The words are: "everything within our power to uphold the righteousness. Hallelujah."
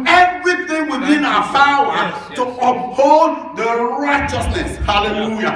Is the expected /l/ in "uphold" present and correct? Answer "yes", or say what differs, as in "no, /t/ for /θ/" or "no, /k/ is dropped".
no, /n/ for /l/